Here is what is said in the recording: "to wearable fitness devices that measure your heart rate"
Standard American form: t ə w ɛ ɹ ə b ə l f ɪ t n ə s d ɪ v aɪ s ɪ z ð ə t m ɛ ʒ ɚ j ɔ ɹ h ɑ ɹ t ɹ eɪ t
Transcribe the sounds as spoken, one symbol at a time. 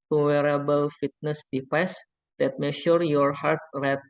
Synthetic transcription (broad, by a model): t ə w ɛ ɹ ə b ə l f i t n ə s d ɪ p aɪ s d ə t m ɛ ʃ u j ɔ ɹ h ɑ ɹ t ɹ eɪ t